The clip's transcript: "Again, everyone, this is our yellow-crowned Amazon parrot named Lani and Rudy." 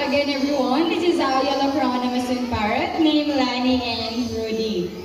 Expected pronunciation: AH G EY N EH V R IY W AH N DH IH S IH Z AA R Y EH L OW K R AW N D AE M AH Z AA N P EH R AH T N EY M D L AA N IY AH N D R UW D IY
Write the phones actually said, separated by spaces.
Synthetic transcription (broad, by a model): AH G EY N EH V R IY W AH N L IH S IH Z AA W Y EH L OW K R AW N AH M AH S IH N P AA R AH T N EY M L AA N IY AH N D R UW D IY